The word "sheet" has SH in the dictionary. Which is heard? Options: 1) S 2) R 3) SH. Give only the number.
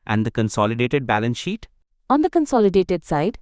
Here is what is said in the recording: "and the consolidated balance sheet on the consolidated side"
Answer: 3